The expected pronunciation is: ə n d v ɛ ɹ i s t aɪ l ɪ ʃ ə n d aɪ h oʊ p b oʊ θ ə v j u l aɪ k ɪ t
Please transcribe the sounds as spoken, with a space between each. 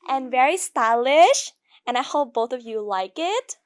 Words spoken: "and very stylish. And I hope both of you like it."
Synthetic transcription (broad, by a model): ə n v ɛ ɹ i s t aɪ l ɪ ʃ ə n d aɪ h oʊ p b oʊ θ ə v j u l aɪ k ɪ t